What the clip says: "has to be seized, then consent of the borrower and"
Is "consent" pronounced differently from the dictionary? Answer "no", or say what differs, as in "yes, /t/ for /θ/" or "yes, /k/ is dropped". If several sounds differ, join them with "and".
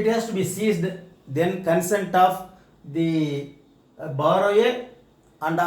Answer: no